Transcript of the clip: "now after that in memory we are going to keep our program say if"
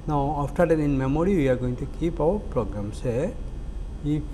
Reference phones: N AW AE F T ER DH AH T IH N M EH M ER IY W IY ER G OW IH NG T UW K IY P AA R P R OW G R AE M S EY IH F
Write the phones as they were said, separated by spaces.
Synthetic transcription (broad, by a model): N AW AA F T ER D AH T IH N M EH M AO IY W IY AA G OW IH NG T UW K IY P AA W P R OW G R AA M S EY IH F